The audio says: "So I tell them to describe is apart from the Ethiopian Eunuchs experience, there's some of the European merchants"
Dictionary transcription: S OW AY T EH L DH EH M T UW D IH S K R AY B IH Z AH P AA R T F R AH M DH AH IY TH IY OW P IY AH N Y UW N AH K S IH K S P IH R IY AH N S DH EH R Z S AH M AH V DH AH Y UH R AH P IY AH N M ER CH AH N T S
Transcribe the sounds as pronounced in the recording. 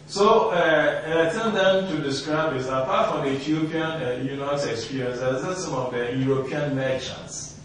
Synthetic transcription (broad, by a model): S OW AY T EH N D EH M T UW D IH S K R AY B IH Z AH P AA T F R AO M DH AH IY T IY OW P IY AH N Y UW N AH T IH K S P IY R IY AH N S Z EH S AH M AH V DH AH Y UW R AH P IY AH N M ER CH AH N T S